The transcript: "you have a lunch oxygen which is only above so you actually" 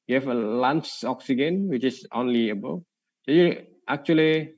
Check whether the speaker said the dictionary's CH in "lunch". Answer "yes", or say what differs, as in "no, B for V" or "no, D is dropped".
no, S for CH